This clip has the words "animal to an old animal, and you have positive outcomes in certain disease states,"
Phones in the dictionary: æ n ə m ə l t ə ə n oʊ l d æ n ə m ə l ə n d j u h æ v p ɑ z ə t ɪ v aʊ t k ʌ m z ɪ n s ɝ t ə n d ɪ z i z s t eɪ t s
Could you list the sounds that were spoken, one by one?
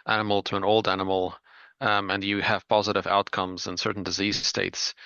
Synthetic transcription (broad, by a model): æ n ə m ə l t ə ə n oʊ l d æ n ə m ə l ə n j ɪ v p ɑ z ə t ɪ v aʊ t k ʌ m z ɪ n s ɝ t n d ɪ z i z s t eɪ t s